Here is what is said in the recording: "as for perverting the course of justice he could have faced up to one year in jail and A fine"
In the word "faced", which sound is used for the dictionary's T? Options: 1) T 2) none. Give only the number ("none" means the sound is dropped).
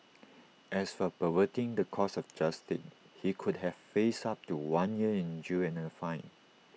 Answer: 2